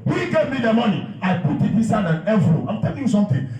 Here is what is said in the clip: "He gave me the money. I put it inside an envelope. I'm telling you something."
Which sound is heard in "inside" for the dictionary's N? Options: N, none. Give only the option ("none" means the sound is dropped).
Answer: none